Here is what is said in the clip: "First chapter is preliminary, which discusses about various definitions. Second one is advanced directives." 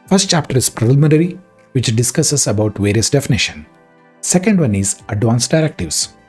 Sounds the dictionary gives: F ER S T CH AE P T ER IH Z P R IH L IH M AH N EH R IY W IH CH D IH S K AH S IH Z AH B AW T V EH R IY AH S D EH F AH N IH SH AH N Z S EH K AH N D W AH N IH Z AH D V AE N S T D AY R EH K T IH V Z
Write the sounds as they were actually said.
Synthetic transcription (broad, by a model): F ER S T CH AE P T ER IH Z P R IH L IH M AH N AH R IY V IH CH D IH S K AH S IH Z AH B AW T V EH R IY AH S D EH F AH N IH SH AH N S EH K AH N D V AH N IH Z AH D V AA N S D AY R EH K T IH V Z